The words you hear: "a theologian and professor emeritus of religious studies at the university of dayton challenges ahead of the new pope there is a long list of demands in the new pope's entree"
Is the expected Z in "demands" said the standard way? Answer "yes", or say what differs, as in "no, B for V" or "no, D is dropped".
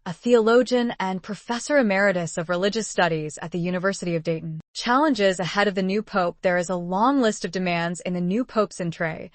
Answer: yes